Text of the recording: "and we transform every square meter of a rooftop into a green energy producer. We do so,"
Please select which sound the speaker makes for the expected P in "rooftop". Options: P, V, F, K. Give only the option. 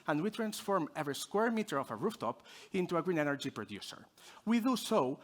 P